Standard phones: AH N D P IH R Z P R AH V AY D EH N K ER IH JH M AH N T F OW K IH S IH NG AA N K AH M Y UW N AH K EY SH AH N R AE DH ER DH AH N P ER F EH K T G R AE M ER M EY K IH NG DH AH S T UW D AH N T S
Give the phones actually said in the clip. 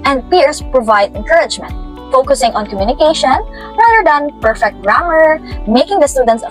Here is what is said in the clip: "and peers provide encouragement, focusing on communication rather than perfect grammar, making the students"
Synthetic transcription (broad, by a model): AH N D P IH R S P R AH V AY D EH N K ER IH JH M AH N T F OW K IH S IH NG AA N K AH M Y UW N AH K EY SH AH N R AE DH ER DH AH N P ER F EH K T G R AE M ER M EY K IH NG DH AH S T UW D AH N T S